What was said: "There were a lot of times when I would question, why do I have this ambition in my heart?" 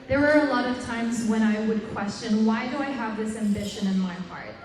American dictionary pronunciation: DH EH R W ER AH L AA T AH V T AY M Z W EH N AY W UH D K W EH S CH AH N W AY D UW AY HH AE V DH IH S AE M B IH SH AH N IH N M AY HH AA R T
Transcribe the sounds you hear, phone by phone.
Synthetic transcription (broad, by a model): DH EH R W ER AH L AA T AH V T AY M Z W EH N AY W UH D K W EH S CH AH N W AY D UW AY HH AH V DH IH S AE M B IH SH AH N IH N M AY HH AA R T